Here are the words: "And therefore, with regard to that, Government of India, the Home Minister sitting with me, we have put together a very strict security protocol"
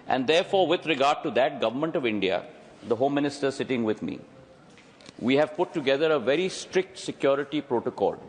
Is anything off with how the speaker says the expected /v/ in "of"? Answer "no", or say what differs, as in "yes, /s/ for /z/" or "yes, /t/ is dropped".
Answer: no